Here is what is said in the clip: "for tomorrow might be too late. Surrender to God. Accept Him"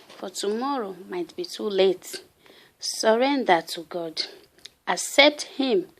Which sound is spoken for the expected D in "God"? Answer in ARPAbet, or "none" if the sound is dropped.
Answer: D